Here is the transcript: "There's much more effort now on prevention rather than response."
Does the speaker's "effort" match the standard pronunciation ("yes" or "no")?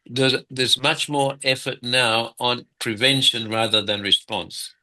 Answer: yes